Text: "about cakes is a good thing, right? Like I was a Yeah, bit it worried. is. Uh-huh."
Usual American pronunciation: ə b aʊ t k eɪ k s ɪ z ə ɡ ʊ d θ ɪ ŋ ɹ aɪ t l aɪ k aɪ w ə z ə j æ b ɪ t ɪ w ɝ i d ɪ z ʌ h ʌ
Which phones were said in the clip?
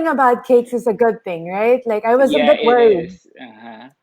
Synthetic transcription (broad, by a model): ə b aʊ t k eɪ k s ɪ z ə ɡ ʊ d θ ɪ ŋ ɹ aɪ t l aɪ k aɪ w ə z ə b ɪ t w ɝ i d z